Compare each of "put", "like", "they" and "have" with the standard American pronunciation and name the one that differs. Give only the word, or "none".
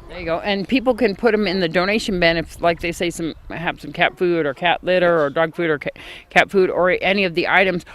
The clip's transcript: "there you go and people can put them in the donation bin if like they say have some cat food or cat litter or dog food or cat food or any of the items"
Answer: have